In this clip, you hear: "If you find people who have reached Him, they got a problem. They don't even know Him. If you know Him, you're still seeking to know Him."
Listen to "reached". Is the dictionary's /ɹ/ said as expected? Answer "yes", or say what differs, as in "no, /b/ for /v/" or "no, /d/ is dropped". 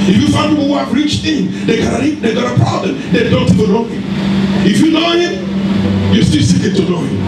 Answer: yes